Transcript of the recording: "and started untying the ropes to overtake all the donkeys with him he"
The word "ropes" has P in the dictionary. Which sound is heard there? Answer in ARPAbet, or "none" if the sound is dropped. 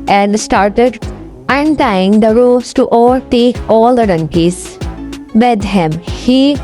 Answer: none